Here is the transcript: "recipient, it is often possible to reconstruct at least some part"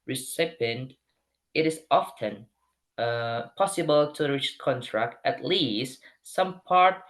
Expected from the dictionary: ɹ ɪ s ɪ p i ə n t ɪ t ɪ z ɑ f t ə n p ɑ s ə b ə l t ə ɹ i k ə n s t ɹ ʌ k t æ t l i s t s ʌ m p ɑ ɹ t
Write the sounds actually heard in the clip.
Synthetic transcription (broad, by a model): ɹ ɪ s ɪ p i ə n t ɪ t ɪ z ɑ f t ə n p ɑ s ə b ə l t ə ɹ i k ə n t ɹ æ k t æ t l i s t s ʌ m p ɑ ɹ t